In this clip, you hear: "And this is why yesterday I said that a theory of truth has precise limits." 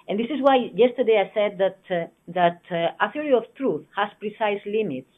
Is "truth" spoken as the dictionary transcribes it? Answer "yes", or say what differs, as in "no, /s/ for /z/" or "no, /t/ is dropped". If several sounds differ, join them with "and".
yes